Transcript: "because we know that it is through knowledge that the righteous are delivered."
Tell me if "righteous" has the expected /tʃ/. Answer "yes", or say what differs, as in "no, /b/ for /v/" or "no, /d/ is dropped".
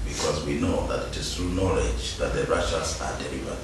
no, /ʃ/ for /tʃ/